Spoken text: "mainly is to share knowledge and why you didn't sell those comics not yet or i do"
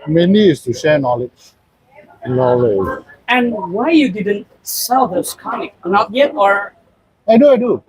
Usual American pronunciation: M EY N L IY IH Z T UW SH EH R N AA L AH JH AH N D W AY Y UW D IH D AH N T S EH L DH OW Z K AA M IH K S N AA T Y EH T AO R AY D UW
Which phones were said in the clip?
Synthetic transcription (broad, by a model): M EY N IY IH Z T UW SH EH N N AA L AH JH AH N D W AY Y UW D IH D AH N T S EH L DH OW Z K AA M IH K N AA T Y EH T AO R AY D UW